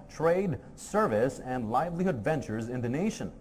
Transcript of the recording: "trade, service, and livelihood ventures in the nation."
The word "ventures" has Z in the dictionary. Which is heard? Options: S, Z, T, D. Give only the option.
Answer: Z